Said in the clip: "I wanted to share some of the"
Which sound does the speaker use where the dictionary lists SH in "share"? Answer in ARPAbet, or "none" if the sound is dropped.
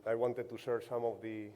S